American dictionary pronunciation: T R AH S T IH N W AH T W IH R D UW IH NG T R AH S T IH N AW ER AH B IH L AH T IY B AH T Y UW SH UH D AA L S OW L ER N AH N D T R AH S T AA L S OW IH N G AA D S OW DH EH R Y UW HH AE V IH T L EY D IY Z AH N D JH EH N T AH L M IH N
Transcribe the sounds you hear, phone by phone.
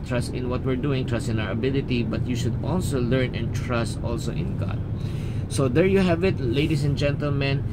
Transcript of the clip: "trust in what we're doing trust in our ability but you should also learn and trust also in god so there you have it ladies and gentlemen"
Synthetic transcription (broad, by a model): T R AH S T IH N W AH T W IH R D UW IH NG T R AH S T IH N AW ER AH B IH L AH T IY B AH T Y UW SH UH D AA L S OW L ER N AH N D T R AH S T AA L S OW IH N G AA D S OW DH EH R Y UW HH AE V IH T L EY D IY S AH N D JH EH N T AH L M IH N